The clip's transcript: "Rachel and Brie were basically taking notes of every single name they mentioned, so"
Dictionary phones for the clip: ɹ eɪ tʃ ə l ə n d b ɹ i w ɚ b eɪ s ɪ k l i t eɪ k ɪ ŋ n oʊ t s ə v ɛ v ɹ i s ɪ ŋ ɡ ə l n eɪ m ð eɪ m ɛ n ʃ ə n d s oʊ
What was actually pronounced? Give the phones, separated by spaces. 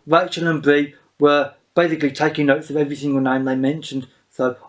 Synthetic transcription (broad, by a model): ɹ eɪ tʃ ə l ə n b ɹ i w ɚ b eɪ s ɪ k l i t eɪ k ɪ ŋ n oʊ t s ə v ɛ v ɹ i s ɪ ŋ ɡ ə l n eɪ m ð eɪ m ɛ n ʃ ə n d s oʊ